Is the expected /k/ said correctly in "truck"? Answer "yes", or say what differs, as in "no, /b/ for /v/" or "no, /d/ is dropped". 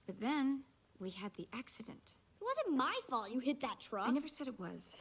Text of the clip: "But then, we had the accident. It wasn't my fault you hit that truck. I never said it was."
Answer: no, /k/ is dropped